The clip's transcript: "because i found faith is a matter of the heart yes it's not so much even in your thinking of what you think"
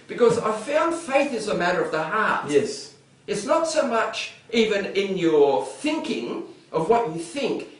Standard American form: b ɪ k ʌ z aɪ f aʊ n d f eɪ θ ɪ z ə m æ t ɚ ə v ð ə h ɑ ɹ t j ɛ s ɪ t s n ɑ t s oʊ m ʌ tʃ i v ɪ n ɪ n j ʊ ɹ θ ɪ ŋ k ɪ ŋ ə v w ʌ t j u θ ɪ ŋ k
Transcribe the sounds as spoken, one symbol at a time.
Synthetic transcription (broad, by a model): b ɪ k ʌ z aɪ f aʊ n d f eɪ θ ɪ z ə m æ t ɚ ə v ð ə h ɑ ɹ t j ɛ s ɪ t s n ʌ t s oʊ m ʌ tʃ i v ɪ n ɪ n j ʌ ɹ θ ɪ ŋ k ɪ ŋ ə v w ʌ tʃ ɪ θ ɪ ŋ k